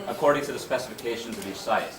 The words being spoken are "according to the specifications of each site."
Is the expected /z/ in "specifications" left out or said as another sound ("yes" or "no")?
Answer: no